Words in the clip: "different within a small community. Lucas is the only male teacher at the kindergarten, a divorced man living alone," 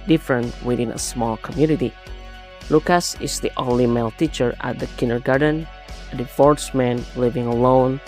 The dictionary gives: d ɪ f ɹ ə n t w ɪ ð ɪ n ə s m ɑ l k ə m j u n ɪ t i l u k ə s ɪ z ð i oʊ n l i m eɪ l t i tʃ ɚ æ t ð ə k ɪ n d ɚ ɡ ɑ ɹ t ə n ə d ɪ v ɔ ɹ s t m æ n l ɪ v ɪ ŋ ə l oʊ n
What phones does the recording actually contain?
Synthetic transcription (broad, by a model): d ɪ f ɹ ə n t w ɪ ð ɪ n ə s m ɑ l k ə m j u n ɪ t i l u k ə s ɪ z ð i oʊ n l i m eɪ l t i tʃ ɚ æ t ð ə k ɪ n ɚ ɡ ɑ ɹ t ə n ə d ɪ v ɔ ɹ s m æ n l ɪ v ɪ ŋ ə l oʊ n